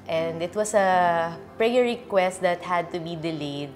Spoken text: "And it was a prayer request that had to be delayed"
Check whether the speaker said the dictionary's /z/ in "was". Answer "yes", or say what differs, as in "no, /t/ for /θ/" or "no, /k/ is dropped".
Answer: no, /s/ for /z/